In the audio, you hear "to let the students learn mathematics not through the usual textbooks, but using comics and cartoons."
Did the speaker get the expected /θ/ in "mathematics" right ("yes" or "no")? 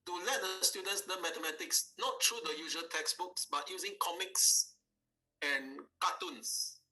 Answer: no